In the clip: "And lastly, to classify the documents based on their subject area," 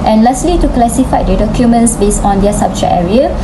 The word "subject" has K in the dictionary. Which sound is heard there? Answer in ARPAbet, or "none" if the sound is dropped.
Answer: none